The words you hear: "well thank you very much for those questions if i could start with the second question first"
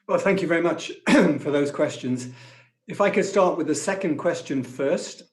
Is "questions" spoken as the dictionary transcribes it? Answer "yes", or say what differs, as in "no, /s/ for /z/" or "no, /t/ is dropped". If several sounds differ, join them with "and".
yes